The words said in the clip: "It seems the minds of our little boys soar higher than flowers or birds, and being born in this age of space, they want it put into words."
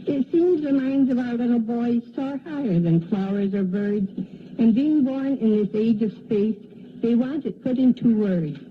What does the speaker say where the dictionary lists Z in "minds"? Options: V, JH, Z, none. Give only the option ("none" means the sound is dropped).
Z